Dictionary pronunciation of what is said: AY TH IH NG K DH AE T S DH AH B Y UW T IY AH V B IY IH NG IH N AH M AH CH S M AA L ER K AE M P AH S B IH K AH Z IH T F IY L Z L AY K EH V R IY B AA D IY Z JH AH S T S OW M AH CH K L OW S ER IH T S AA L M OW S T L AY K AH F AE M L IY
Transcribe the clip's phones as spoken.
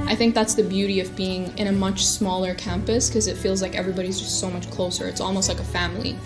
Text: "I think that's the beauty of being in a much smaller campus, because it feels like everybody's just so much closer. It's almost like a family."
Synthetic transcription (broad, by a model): AY TH IH NG K DH AE T S DH AH B Y UW T IY AH V B IY IH NG IH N AH M AH CH S M AA L ER K AE M P AH S K AH Z IH T F IY L Z L AY K EH V R IY B AA D IY Z JH AH S T S OW M AH CH K L OW S ER IH T S AA L M OW S T L AY K AH F AE M L IY